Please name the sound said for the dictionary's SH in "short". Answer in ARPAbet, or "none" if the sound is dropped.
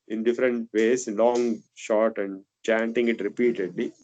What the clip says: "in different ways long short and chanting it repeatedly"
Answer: SH